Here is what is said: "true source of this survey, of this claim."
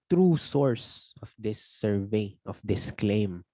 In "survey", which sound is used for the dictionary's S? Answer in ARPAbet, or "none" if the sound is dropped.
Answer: S